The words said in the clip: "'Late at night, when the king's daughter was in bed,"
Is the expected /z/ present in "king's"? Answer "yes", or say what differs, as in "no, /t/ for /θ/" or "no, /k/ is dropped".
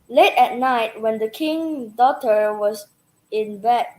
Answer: no, /z/ is dropped